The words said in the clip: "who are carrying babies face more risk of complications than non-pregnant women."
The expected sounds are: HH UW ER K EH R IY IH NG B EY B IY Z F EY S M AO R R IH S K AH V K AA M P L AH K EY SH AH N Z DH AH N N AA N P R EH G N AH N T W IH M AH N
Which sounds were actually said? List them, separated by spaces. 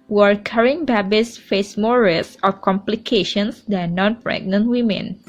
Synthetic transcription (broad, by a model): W ER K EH R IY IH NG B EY B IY S F EY S M AO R R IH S AH F K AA M P L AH K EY SH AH N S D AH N N AA N P R EH G N AH N T W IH M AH N